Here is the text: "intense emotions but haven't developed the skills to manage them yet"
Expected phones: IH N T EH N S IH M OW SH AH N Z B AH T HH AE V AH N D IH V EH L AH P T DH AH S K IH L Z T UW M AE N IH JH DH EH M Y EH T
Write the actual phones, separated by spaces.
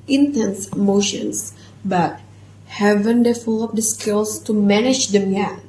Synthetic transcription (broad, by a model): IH N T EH N S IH M OW SH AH N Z B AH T HH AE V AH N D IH F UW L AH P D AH S K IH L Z T UW M AE N IH JH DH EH M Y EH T